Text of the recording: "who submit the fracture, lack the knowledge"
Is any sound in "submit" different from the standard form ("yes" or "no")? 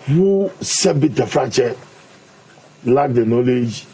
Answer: yes